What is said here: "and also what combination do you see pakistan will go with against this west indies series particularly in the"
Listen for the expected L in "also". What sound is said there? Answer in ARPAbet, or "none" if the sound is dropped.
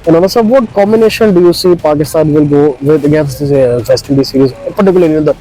N